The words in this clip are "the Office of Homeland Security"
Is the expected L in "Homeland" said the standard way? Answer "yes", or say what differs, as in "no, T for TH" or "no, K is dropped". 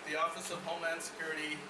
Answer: no, L is dropped